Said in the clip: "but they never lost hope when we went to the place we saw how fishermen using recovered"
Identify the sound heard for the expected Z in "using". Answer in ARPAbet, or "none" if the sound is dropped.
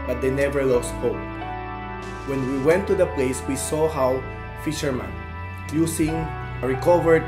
S